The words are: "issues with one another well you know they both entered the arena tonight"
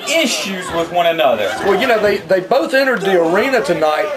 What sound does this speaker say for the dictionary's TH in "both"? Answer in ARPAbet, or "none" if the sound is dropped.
TH